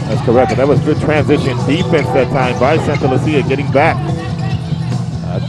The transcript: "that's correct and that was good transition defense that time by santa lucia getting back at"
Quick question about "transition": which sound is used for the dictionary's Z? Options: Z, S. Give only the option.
Z